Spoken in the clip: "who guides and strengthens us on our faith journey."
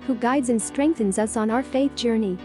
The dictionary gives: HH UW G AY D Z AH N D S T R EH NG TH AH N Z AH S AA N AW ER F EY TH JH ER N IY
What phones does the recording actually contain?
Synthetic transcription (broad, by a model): HH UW G AY D Z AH N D S T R EH NG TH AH N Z AH S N AW ER F EY TH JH ER N IY